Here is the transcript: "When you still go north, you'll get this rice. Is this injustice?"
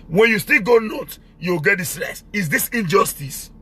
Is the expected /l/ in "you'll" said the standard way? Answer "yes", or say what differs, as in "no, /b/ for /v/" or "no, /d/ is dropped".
no, /w/ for /l/